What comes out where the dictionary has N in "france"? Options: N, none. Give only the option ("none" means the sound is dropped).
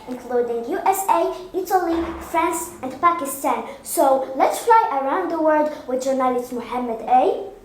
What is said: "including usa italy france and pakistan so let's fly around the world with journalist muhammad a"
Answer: N